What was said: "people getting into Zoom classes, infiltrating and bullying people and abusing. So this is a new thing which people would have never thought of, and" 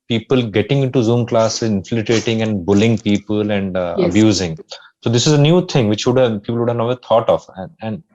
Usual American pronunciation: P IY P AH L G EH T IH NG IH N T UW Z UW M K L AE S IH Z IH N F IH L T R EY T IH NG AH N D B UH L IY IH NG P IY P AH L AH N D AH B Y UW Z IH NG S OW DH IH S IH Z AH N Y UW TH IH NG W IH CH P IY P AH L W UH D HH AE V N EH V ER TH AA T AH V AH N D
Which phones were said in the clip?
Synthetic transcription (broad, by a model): P IY P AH L G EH T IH NG IH N T UW Z UW M K L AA S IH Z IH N F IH T R EY T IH NG AH N D B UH L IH NG P IY P AH L AH N D AH B Y UW Z IH NG S OW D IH S IH Z AH N Y UW T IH NG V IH CH P IY P AH L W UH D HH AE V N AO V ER T AA T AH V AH N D